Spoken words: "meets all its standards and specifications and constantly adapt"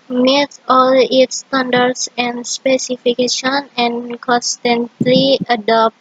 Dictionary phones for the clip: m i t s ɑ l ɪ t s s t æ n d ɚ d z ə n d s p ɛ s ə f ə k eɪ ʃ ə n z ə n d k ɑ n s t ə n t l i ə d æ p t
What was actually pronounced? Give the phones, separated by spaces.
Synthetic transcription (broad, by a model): m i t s ɑ l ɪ t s s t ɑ n d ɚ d s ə n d s p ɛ s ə f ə k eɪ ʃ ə n ə n k ɑ n s t ə n t l i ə d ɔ p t